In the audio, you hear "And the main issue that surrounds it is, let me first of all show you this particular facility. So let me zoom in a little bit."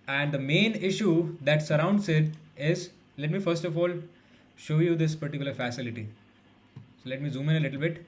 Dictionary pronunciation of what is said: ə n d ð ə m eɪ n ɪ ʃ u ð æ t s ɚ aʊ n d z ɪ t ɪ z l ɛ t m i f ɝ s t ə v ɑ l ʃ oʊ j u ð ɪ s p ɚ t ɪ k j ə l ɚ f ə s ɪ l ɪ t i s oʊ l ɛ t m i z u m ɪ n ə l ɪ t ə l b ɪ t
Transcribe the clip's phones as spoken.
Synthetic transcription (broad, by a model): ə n d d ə m eɪ n ɪ ʃ u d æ t s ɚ aʊ n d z ɪ t ɪ z l ɛ t m i f ɝ s t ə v ɑ l ʃ oʊ j u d ɪ s p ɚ t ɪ k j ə l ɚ f ə s ɪ l ɪ t i s oʊ l ɛ t m i z u m ɪ n ə l ɪ t ə l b ɪ t